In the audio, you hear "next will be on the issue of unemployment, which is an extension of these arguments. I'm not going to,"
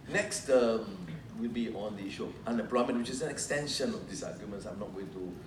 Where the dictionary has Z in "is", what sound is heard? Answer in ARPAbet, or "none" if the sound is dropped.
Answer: S